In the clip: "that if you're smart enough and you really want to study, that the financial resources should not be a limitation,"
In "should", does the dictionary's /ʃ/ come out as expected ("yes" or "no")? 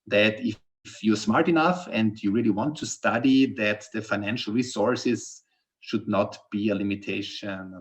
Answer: yes